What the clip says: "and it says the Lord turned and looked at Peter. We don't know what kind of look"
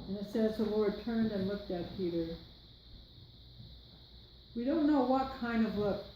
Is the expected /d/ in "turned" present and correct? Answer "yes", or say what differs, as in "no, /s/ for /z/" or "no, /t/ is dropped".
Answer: yes